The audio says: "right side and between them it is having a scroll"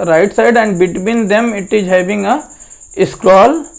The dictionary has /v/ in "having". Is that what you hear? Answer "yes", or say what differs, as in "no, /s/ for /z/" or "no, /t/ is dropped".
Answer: no, /b/ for /v/